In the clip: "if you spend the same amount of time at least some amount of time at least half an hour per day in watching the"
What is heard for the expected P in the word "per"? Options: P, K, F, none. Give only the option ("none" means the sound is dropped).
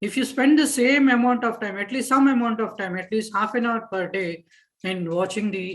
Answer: P